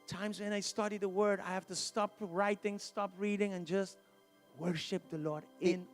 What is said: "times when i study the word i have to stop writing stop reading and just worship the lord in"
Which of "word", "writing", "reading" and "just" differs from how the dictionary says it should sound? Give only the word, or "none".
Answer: none